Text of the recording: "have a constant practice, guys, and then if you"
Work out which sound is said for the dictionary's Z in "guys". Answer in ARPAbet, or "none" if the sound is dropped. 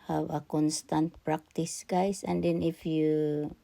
S